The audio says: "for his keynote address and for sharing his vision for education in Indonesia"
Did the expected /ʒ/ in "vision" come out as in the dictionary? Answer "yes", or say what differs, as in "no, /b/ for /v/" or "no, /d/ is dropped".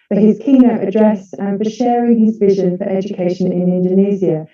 yes